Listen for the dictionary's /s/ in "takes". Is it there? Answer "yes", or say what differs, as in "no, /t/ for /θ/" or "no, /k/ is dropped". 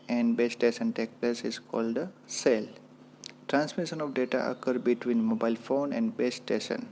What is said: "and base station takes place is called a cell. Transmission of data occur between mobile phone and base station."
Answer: no, /s/ is dropped